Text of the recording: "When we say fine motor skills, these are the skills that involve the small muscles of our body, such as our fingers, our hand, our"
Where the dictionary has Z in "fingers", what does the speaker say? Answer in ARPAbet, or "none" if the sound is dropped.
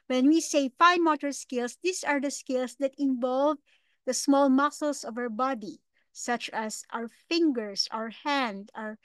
S